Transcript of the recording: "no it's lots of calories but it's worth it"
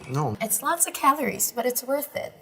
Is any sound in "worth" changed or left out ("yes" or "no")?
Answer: no